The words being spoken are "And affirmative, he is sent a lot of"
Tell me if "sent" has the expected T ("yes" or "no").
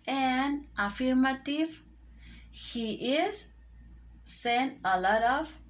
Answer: no